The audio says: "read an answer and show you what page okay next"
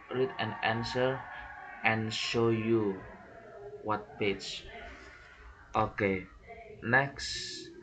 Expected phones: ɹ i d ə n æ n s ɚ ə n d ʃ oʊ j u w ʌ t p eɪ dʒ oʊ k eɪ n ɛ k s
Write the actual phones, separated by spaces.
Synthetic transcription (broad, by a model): ɹ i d ə n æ n s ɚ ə n ʃ oʊ j u w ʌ t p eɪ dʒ oʊ k eɪ n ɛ k s